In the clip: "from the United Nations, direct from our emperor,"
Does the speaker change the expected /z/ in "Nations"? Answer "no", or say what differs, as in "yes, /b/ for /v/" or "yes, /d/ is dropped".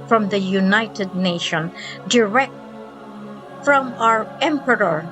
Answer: yes, /z/ is dropped